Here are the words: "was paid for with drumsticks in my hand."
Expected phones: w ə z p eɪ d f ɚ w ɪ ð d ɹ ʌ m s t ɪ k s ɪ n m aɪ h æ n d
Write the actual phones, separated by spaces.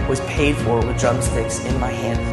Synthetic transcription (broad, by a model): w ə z p eɪ d f ɚ w ɪ ð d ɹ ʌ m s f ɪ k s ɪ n m aɪ h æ n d